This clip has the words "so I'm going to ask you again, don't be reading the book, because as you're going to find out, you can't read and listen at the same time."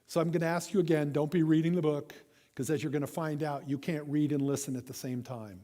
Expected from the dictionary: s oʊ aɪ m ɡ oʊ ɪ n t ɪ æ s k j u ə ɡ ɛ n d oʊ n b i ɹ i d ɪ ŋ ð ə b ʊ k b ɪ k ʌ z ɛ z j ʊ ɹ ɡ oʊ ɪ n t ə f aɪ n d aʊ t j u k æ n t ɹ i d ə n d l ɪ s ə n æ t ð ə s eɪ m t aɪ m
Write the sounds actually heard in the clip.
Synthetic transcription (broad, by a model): s oʊ aɪ m ɡ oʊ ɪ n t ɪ æ s k j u ə ɡ ɛ n d oʊ n b i ɹ i d ɪ ŋ ð ə b ʊ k k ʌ z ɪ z j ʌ ɹ ɡ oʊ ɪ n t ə f aɪ n d aʊ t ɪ k æ n t ɹ i d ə n l ɪ s ə n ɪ t ð ə s eɪ m t aɪ m